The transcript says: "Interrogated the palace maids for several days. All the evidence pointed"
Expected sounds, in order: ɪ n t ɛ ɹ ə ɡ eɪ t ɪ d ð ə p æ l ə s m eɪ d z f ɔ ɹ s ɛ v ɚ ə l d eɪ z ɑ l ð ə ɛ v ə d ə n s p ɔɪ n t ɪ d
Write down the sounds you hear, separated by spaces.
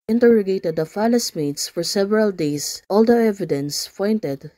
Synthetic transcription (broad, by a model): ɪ n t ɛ ɹ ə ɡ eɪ t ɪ d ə f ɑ l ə s m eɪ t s f ɔ ɹ s ɛ v ɚ ə l d eɪ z ɑ l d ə ɛ v ə d ə n s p ɔɪ n t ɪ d